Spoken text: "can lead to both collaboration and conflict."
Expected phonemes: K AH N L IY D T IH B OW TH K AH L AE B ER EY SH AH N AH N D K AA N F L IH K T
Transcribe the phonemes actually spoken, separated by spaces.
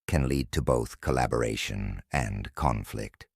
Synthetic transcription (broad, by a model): K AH N L IY D T IH B OW TH K AH L AE B ER EY SH AH N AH N K AA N F L IH K T